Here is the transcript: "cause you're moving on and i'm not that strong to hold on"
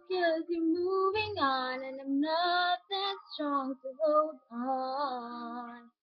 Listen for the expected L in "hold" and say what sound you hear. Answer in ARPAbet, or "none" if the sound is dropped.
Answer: none